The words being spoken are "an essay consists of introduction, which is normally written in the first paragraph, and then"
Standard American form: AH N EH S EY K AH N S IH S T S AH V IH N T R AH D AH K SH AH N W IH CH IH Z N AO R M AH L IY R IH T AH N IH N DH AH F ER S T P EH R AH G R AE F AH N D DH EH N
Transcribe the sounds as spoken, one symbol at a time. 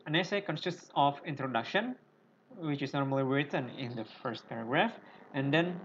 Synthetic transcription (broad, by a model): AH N EH S EY K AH N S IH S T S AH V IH N T R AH D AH K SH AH N W IH CH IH S N AO R M AH L IY R IH T AH N IH N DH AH F ER S T P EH R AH G R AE F AH N D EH N